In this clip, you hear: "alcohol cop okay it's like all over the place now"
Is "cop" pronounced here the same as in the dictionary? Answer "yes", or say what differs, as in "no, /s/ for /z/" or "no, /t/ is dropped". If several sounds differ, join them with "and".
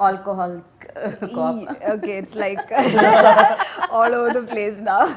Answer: no, /p/ is dropped